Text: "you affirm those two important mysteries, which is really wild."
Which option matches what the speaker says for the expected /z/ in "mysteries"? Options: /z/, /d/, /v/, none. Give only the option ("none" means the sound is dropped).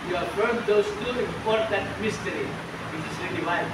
none